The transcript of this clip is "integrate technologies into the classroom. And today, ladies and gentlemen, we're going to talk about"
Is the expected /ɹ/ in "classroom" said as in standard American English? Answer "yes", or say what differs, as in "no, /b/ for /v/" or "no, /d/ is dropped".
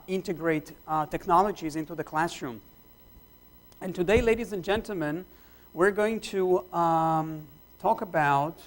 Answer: yes